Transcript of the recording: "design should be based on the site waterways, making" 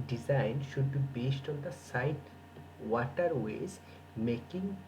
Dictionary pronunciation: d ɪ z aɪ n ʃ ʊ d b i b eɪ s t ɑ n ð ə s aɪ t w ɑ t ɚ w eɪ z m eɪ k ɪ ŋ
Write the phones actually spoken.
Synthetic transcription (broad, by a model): d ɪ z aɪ n ʃ ʊ d b i b eɪ s t ɑ n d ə s aɪ t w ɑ t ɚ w eɪ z m eɪ k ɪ ŋ